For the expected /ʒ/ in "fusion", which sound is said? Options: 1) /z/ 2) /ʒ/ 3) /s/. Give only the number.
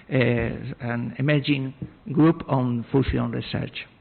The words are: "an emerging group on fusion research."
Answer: 3